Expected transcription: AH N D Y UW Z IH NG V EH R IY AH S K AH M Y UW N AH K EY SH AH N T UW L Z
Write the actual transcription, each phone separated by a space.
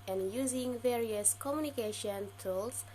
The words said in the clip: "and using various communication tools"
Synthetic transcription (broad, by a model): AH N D Y UW Z IH NG V EH R IY AH S K AH M Y UW N AH K EY SH AH N T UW L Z